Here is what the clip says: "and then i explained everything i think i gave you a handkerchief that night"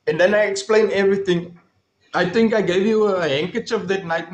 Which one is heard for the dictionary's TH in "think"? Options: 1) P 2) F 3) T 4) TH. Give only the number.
3